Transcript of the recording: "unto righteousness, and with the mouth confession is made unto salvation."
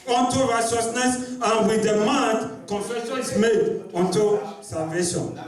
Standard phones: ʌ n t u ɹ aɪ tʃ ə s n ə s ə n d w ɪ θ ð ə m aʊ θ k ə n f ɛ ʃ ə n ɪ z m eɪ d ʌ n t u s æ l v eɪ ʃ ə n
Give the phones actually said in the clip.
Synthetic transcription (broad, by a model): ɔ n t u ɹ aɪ s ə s n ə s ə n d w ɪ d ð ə m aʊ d k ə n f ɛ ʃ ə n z m eɪ d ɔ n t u s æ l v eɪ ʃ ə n